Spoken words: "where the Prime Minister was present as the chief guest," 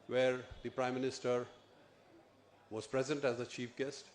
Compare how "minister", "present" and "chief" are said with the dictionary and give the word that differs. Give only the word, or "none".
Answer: none